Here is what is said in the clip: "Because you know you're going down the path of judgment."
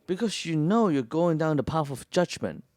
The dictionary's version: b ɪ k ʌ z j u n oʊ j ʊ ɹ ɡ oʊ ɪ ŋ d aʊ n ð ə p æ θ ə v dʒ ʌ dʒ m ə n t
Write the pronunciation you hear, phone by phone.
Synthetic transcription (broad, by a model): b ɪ k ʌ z j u n oʊ j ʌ ɹ ɡ oʊ ɪ ŋ d aʊ n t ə p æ f ə v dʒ ʌ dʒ m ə n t